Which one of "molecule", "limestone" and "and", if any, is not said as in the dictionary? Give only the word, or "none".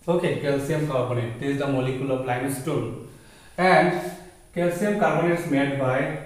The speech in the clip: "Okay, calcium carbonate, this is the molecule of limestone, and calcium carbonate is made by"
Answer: limestone